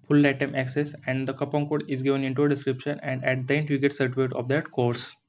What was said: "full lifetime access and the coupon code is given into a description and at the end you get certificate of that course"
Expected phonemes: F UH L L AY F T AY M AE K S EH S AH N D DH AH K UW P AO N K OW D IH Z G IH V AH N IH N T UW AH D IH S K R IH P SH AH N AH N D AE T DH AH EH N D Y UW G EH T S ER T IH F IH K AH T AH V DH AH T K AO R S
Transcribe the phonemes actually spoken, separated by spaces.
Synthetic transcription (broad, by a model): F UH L L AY T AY M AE K S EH S AH N D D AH K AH P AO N K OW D IH Z G IH V AH N IH N T UW AH D IH S K R IH P SH AH N AH N D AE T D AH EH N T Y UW G EH T S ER T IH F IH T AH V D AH T K AO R S